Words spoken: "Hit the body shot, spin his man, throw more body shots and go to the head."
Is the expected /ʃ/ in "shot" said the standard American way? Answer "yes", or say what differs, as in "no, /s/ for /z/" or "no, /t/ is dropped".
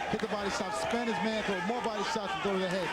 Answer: no, /s/ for /ʃ/